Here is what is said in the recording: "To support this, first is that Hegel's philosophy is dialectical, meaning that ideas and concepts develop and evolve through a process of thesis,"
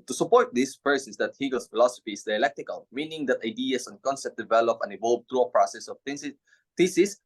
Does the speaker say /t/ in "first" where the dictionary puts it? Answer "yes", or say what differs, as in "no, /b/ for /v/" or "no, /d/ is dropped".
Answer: no, /t/ is dropped